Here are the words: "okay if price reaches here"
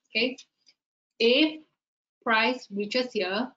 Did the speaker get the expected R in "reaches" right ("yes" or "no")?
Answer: no